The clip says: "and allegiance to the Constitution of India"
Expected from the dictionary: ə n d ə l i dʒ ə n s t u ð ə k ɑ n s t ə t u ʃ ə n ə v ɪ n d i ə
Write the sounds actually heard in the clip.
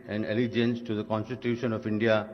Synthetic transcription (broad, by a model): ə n d ə l i dʒ ə n s t u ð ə k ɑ n s t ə t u ʃ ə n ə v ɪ n d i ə